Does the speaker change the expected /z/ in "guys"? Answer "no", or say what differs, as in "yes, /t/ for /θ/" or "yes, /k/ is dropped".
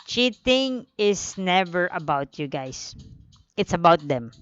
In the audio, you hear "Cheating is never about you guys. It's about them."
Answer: yes, /s/ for /z/